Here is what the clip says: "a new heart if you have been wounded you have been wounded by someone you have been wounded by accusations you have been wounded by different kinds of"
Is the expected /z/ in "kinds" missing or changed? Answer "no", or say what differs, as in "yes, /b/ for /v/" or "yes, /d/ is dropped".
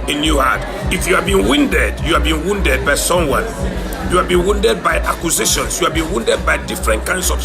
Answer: yes, /s/ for /z/